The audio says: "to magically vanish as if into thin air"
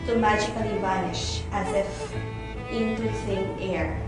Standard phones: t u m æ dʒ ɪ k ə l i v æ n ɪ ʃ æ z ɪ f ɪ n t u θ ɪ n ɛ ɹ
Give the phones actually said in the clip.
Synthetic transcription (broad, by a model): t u m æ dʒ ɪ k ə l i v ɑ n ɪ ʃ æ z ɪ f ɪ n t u s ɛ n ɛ ɹ